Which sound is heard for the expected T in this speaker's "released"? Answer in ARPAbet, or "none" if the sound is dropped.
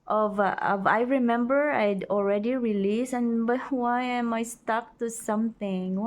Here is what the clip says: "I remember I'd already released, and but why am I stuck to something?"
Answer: none